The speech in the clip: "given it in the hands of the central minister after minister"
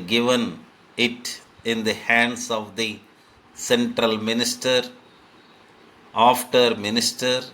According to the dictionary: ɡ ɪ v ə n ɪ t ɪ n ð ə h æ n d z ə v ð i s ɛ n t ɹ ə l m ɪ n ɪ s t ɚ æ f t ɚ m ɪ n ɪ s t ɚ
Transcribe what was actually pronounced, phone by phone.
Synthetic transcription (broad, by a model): ɡ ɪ v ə n ɪ t ɪ n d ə h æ n d s ə v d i s ɛ n t ɹ ə l m ɪ n ɪ s t ɚ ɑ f t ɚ m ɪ n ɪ s t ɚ